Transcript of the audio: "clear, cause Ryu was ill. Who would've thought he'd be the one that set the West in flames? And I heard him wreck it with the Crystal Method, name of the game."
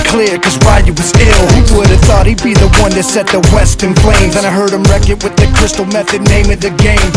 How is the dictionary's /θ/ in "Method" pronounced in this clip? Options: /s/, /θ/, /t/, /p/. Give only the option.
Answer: /θ/